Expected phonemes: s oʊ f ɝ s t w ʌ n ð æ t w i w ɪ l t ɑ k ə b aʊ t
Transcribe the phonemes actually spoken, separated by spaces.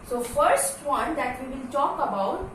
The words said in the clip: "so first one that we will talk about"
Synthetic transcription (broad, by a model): s oʊ f ɝ s t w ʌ n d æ t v i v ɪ l t ɑ k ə b aʊ t